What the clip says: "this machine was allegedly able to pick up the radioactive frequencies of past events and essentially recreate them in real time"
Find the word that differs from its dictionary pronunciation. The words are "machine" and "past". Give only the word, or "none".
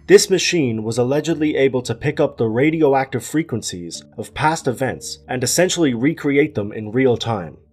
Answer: none